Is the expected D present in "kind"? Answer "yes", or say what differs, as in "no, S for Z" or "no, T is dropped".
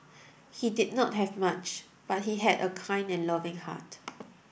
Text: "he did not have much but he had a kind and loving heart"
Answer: no, D is dropped